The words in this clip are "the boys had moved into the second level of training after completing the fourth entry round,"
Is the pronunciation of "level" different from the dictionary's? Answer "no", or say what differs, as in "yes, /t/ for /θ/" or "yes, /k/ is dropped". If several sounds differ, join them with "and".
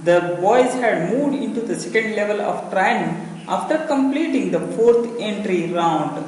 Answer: no